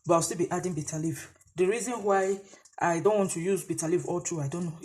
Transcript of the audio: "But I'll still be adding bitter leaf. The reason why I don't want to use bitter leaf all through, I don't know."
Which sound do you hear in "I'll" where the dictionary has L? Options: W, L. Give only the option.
W